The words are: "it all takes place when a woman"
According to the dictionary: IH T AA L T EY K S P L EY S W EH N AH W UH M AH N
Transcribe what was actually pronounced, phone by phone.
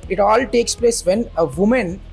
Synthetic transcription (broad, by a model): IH T AA L T EY K S P L EY S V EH N AH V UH M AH N